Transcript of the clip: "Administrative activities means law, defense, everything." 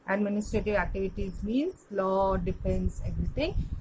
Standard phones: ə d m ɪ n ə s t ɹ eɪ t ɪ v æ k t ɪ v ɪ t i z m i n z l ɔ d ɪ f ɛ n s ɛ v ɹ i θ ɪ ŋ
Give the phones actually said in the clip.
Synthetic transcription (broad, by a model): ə d m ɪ n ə s t ɹ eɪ t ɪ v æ k t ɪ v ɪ t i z m i n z l ɔ d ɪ p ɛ n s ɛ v ɹ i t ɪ ŋ